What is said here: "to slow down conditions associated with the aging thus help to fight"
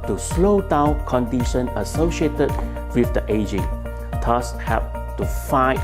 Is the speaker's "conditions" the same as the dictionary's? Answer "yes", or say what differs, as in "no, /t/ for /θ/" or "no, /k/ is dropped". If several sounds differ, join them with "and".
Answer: no, /z/ is dropped